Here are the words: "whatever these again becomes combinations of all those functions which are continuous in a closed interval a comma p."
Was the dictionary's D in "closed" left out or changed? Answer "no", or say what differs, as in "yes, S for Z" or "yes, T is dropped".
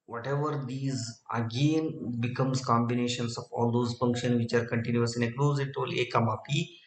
yes, D is dropped